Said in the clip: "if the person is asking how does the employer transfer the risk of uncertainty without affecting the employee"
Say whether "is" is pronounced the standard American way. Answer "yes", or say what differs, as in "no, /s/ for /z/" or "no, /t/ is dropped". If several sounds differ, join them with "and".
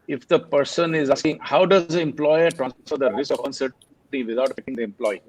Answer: yes